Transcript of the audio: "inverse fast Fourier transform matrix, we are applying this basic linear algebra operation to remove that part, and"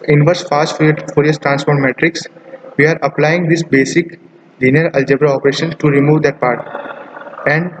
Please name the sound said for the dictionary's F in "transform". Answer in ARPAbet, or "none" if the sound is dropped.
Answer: P